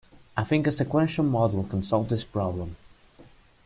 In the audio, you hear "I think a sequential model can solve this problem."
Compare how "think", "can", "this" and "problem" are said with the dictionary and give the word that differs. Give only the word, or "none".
none